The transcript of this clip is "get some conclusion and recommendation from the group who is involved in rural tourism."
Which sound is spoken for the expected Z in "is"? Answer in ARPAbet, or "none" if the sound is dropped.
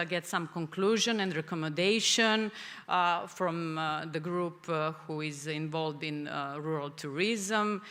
Z